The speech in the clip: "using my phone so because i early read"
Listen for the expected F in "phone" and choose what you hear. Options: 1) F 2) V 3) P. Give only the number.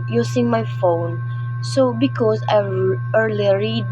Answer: 1